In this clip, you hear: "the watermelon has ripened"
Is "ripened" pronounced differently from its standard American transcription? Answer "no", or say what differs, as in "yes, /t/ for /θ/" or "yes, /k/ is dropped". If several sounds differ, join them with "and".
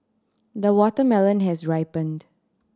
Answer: no